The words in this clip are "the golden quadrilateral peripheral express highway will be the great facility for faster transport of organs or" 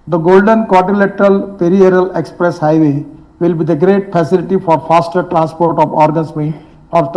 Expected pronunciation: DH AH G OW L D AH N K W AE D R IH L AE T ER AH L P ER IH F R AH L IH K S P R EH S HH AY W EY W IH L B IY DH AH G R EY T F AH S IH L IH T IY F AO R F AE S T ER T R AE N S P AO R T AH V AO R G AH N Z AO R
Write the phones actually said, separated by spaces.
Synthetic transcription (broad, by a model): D AH G OW L D AH N K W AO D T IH L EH T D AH L P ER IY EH R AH L IH K S P R EH S HH AY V EY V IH L B IY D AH G R EY T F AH S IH L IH T IY F AO R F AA S T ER T R AE N S P AO R T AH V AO R G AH N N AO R